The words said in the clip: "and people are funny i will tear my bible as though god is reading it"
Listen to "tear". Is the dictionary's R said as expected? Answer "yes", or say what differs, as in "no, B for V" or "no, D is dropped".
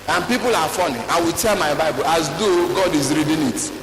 no, L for R